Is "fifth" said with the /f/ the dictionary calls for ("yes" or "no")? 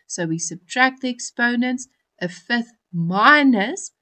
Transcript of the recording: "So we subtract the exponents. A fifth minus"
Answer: yes